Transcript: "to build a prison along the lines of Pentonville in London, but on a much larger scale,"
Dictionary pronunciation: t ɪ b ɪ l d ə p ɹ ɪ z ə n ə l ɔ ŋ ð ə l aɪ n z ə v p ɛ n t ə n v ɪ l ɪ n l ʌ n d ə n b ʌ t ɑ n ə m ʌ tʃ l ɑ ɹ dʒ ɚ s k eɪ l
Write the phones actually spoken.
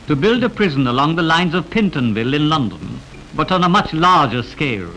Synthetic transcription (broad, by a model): t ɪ b ɪ l d ə p ɹ ɪ z ə n ə l ɔ ŋ ð ə l aɪ n z ə v p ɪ n t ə n v ɪ l ɪ n l ʌ n d ə n b ʌ t n ə m ʌ tʃ l ɑ ɹ dʒ ɚ s k eɪ l